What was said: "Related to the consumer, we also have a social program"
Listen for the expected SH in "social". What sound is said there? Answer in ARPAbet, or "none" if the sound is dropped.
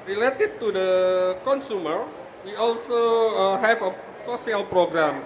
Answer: S